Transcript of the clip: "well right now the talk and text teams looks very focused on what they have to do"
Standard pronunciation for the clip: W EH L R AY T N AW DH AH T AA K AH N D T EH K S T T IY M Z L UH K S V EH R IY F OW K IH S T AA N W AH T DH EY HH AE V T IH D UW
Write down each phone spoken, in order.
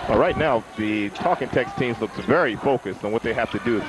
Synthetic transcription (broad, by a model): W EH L R AY T N AW DH AH T AA K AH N T EH K S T T IY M Z L UH K S V EH R IY F OW K IH S T N W AH T DH EY HH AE F T IH D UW